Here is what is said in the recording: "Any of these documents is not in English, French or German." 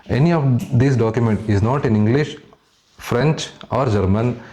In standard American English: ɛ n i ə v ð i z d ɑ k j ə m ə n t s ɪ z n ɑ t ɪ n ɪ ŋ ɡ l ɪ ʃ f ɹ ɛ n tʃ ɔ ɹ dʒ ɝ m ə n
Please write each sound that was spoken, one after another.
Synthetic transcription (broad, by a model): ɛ n i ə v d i s d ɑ k j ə m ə n t ɪ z n ɑ t ɪ n ɪ ŋ ɡ l ɪ ʃ f ɹ ɛ n tʃ ɔ ɹ dʒ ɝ m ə n